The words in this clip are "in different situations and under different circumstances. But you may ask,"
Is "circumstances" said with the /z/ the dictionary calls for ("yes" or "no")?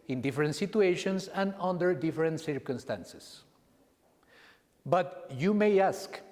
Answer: no